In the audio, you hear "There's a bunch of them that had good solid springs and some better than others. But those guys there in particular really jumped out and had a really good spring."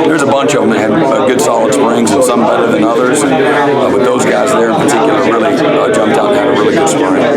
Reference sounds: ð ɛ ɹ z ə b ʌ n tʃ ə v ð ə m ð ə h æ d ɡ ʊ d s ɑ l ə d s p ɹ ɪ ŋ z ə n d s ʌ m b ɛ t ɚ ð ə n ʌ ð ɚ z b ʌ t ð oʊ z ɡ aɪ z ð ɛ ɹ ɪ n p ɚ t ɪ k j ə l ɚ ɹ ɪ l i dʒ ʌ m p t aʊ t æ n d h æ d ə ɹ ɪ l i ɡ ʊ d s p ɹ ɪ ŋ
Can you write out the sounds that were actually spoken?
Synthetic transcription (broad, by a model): ð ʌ ɹ z ə b ʌ n tʃ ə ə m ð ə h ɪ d ɡ ʊ d s ɑ l ə d s p ɹ ɪ ŋ z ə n s ʌ m b ɛ t ɚ ð ə n ʌ ð ɚ z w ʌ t ð oʊ z ɡ aɪ z ð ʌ ɹ ɪ n p ɚ t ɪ k j l ɚ ɹ ɪ l i dʒ ʌ m p t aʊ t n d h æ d ə ɹ ɪ l i ɡ ʊ d s p ɹ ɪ ŋ